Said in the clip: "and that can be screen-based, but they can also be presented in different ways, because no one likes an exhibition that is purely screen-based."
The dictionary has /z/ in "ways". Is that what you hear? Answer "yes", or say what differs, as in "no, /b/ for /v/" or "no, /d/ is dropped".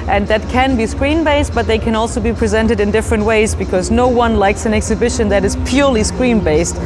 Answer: yes